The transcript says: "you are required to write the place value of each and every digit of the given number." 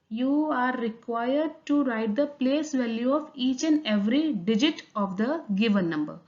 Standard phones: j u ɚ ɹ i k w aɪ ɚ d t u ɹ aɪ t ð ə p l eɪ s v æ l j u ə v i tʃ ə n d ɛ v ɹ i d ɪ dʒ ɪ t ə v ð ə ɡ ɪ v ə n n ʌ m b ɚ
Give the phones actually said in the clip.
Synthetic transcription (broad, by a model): j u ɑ ɹ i k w aɪ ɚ d t u ɹ aɪ t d ə p l eɪ s v æ l j u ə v i tʃ ə n d ɛ v ɹ i d ɪ dʒ ɪ t ə v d ə ɡ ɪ v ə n n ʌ m b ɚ